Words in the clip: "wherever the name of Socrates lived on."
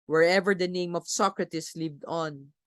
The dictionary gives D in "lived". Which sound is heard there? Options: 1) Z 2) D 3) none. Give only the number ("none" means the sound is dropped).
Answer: 2